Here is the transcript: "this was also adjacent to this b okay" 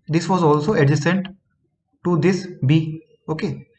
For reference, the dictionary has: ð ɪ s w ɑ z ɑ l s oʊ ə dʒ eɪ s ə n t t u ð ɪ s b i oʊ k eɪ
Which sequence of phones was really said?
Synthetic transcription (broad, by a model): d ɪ s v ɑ z ɑ l s oʊ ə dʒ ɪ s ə n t t u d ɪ s b i oʊ k eɪ